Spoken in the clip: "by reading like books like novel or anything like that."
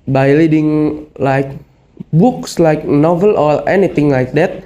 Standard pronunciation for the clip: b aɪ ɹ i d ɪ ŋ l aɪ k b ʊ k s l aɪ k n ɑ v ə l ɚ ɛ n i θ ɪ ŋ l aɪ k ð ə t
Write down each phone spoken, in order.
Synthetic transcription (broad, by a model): b aɪ l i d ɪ ŋ l aɪ k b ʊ k s l aɪ k n ɑ v ə l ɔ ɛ n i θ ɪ ŋ l aɪ k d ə t